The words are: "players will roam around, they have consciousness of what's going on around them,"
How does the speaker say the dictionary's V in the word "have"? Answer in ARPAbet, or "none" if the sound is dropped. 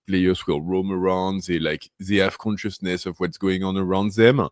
F